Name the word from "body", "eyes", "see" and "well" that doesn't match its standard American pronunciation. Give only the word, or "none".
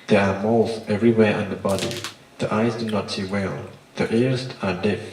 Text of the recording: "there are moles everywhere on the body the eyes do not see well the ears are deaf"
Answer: none